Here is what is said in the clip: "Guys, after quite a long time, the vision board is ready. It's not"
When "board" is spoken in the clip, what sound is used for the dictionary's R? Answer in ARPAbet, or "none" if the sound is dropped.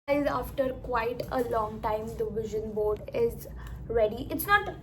R